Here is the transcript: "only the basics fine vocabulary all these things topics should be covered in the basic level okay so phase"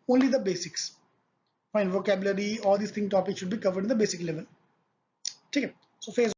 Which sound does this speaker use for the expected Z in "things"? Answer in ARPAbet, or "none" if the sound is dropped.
none